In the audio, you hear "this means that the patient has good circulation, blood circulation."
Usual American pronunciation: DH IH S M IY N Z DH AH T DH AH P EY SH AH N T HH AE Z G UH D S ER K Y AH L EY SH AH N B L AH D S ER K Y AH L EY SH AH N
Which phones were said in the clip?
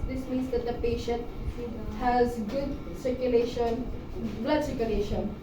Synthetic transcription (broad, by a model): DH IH S M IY N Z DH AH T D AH P EY SH AH N T HH AE Z G UH D S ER K Y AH L EY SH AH N B L AH D S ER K Y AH L EY SH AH N